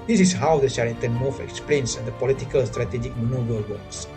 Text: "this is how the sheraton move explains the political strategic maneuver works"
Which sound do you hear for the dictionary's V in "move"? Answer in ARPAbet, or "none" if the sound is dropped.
F